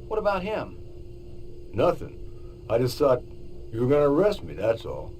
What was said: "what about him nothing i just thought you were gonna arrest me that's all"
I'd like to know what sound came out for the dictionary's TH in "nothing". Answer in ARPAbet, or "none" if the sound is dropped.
TH